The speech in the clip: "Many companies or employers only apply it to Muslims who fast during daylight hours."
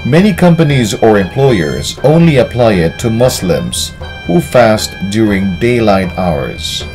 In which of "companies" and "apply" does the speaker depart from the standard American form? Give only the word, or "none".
none